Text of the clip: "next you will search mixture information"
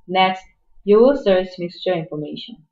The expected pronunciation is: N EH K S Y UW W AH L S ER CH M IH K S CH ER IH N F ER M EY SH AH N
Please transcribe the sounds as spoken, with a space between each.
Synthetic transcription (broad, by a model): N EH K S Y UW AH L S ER S M IH K S CH ER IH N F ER M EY SH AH N